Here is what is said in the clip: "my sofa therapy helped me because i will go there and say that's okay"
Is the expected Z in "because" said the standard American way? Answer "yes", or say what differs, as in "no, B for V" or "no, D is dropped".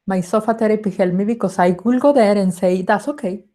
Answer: no, S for Z